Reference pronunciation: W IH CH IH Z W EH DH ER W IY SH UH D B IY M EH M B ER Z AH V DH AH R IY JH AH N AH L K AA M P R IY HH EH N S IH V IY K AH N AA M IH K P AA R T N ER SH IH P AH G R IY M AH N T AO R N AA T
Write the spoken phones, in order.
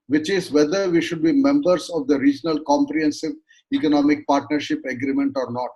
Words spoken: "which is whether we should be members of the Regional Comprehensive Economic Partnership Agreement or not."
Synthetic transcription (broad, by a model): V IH CH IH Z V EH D ER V IY SH UH D B IY M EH M B ER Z AH V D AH R IY JH AH N AH L K AA M P R IY HH EH N S IH V IY K AH N AA M IH K P AA R T N ER SH IH P AH G R IY M AH N T AO R N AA T